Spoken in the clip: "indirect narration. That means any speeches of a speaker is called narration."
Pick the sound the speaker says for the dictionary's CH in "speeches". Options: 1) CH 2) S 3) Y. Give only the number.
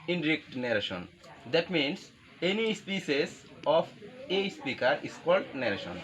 2